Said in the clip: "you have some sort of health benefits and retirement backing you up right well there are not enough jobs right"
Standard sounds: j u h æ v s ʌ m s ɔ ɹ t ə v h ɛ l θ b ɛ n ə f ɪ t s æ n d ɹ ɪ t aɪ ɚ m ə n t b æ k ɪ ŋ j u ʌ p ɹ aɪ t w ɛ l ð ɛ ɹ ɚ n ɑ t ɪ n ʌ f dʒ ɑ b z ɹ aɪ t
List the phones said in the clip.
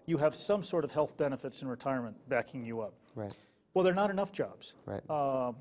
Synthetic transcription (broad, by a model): j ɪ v s ʌ m s ɔ ɹ t ə v h ɛ l θ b ɛ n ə f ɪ t s n ɹ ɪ t aɪ ɚ m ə n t b æ k ɪ ŋ j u ʌ p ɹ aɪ w ɛ l ð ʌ ɹ n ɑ t ɪ n ʌ f dʒ ɑ b z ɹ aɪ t